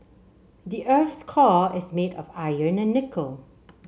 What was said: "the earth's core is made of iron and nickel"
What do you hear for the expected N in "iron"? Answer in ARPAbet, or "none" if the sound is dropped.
N